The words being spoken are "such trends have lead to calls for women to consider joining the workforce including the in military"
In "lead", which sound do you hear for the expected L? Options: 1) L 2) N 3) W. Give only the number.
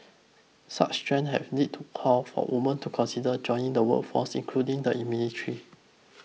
2